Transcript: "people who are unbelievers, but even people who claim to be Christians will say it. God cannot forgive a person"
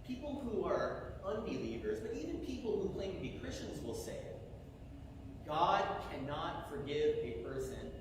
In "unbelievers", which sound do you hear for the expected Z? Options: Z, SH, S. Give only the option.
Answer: Z